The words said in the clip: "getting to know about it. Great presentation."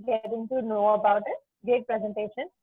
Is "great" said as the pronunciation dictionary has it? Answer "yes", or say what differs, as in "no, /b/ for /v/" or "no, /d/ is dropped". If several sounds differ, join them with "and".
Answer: no, /ɹ/ is dropped